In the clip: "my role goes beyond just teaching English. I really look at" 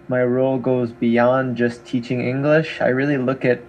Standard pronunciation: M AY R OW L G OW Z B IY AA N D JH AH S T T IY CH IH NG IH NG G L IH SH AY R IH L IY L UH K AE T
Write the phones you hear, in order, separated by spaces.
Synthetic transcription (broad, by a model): M AY R OW L G OW Z B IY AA N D JH AH S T T IY CH IH NG IH NG G L IH SH AY R IH L IY L UH K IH T